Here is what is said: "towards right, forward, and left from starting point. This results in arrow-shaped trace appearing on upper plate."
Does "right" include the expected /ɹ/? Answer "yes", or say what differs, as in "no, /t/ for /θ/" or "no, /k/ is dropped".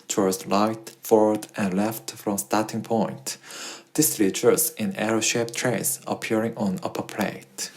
no, /l/ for /ɹ/